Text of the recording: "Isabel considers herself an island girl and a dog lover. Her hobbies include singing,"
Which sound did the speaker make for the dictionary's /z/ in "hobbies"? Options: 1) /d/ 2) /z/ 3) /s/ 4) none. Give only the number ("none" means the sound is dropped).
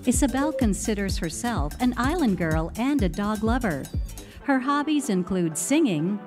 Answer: 2